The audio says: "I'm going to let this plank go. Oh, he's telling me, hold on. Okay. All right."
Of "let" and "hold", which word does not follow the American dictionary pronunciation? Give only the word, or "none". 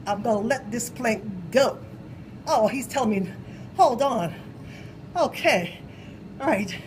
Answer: none